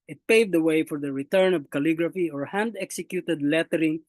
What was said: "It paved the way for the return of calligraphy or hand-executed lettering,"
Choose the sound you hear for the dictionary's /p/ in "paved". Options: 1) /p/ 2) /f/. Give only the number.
1